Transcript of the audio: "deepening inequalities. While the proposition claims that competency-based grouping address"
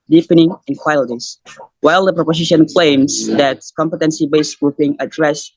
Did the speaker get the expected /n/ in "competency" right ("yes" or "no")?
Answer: yes